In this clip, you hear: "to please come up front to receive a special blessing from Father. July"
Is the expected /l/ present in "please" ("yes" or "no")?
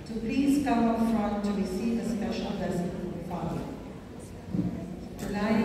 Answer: yes